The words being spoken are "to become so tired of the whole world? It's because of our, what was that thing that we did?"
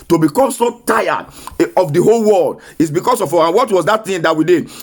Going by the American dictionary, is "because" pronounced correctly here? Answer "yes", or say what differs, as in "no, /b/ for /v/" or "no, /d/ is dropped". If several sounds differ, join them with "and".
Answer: no, /s/ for /z/